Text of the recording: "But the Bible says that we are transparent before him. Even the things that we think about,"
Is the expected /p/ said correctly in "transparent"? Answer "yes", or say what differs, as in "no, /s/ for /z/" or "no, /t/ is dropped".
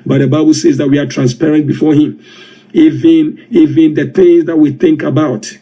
yes